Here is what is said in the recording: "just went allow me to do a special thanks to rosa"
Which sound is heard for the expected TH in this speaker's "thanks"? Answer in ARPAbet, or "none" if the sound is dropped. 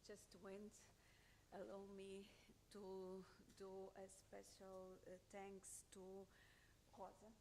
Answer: T